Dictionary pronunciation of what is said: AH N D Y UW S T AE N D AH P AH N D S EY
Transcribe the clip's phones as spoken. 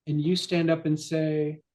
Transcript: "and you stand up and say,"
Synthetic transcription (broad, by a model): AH N Y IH S T AE N D AH P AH N S EY